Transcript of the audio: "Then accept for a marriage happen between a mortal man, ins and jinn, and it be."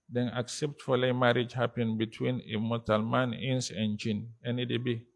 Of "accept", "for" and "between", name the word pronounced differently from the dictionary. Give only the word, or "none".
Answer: for